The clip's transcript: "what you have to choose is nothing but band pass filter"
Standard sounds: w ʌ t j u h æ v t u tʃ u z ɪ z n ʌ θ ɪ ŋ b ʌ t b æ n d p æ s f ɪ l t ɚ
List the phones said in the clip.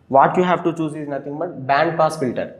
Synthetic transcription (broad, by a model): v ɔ t j u h æ v t u tʃ u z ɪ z n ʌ t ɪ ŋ b ʌ t b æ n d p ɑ s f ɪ l t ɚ